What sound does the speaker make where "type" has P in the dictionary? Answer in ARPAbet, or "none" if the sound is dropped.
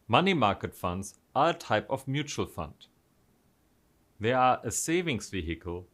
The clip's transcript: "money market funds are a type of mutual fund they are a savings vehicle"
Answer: P